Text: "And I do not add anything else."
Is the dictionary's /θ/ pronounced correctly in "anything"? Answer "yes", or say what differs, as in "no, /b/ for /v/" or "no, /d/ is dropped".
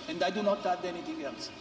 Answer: no, /t/ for /θ/